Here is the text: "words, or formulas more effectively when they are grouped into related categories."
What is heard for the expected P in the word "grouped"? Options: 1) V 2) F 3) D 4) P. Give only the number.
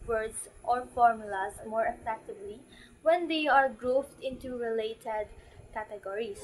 2